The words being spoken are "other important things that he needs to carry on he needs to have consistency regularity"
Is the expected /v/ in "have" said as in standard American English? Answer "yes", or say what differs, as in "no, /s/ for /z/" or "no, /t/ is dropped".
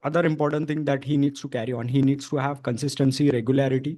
yes